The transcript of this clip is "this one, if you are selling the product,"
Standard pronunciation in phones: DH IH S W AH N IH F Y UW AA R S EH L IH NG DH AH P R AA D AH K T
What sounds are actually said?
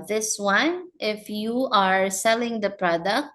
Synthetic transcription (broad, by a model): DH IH S W AH N IH F Y UW AA R S EH L IH NG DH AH P R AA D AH K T